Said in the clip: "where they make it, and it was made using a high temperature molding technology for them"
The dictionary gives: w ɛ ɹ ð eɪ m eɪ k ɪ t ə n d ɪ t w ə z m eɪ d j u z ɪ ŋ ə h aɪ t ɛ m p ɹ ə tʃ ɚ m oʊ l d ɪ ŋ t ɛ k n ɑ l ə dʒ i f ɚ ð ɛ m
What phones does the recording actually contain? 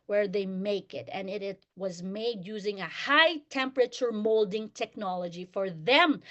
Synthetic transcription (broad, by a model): w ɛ ɹ ð eɪ m eɪ k ɪ t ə n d ɪ t w ə z m eɪ d j u z ɪ ŋ ə h aɪ t ɛ m p ɹ ə tʃ ɚ m oʊ l d ɪ ŋ t ɛ k n ɑ l ə dʒ i f ɚ ð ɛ m